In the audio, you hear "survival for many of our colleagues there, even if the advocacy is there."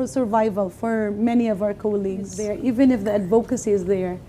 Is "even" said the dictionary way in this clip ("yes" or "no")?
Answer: yes